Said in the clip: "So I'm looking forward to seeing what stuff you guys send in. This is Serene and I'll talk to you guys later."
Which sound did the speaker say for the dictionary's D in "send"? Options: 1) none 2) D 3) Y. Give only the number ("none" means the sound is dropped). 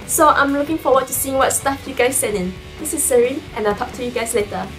1